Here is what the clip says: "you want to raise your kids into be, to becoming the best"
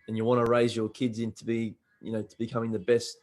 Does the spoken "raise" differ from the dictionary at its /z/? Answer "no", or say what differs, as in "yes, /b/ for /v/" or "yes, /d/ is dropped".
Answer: no